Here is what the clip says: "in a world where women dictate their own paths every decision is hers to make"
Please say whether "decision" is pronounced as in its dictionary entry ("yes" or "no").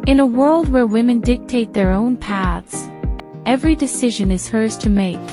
yes